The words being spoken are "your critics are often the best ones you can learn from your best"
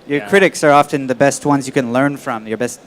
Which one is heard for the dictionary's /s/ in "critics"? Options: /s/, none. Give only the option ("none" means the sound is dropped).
/s/